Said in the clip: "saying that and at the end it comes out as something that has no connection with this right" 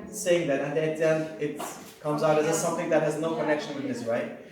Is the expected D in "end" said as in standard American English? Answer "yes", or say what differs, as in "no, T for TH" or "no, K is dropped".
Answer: no, D is dropped